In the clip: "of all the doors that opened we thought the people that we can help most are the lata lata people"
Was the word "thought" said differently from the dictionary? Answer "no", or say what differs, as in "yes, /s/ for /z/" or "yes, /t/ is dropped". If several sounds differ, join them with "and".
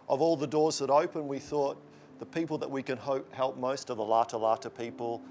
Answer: no